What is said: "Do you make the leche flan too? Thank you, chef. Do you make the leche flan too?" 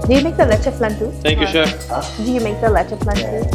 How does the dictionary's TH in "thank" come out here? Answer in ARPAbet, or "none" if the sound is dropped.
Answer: T